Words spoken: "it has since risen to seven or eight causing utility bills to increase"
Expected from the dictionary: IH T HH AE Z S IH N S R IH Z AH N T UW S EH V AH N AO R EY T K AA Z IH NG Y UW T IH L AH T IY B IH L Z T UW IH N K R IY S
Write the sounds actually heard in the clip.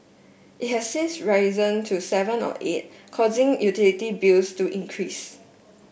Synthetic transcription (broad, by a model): IH T HH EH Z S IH N S R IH Z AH N T UW S EH V AH N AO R EY T K AA Z IH NG Y UW T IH L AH T IY B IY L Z T UW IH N K R IY S